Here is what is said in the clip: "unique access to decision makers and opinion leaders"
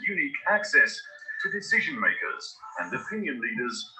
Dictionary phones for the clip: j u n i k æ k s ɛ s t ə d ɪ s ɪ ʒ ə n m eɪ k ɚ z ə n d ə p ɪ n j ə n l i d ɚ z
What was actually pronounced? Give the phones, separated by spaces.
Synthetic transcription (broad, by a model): j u n i k æ k s ɛ s t ə d ɪ s ɪ ʒ ə n m eɪ k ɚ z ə n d ə p ɪ n j ə n l i d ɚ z